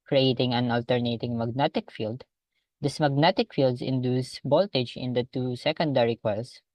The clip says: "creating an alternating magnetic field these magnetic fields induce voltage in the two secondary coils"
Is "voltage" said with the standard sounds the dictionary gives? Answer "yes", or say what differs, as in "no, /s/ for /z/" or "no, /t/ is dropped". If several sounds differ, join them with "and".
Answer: no, /b/ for /v/